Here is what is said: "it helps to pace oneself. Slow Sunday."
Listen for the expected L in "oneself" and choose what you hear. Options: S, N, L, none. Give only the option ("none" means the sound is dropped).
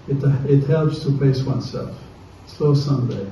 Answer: L